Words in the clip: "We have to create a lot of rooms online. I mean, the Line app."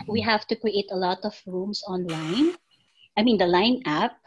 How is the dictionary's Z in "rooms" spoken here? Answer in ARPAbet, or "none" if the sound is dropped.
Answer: S